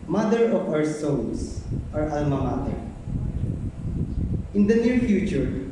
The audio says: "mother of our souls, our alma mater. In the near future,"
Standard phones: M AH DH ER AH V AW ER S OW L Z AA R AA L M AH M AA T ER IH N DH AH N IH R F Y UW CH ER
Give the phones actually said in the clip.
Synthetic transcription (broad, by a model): M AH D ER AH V AW ER S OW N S AA R AA L M AH M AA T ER IH N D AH N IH R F Y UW CH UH